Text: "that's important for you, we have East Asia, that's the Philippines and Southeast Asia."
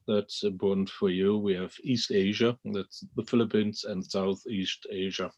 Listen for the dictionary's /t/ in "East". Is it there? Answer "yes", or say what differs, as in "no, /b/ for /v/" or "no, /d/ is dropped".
yes